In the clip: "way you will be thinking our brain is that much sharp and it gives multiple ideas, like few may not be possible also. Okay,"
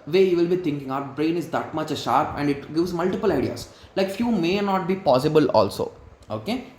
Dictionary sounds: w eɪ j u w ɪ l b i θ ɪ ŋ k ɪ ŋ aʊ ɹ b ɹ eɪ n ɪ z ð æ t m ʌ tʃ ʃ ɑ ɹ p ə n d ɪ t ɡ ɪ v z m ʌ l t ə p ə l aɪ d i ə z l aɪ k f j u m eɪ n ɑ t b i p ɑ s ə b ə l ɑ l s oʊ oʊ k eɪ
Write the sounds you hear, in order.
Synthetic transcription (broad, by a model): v eɪ j u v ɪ l b i t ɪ ŋ k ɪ ŋ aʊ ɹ b ɹ eɪ n ɪ z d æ t m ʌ tʃ ʃ ɑ ɹ p ə n d ɪ t ɡ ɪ v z m ʌ l t ə p ə l aɪ d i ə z l aɪ k f j u m eɪ n ɑ t b i p ɑ s ə b ə l ɑ l s oʊ oʊ k eɪ